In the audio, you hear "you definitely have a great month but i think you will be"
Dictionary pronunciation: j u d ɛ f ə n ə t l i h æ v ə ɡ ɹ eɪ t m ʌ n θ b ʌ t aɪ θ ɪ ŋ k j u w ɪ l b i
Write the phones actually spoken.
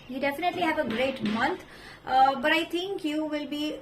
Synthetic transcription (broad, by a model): j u d ɛ f ə n ə t l i h æ v ə ɡ ɹ eɪ t m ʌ n t b ʌ t aɪ t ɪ ŋ k j u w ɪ l b i